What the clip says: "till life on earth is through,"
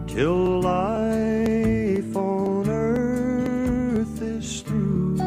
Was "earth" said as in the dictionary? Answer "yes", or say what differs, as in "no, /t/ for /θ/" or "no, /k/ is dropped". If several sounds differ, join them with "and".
yes